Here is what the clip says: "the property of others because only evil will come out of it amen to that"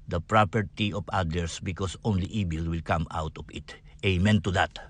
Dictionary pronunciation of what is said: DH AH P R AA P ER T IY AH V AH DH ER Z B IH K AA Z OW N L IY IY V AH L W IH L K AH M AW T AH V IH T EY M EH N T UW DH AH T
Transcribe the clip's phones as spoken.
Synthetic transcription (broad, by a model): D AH P R AA P ER T IY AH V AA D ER S B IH K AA S OW N L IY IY B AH L W IH L K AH M AW T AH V IH T EY M EH N T UW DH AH T